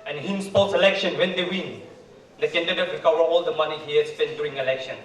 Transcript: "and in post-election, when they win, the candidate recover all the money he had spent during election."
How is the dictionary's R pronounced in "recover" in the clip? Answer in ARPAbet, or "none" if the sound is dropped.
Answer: W